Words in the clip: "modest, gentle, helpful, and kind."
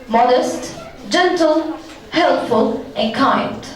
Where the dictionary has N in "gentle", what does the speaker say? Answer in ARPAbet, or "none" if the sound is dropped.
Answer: N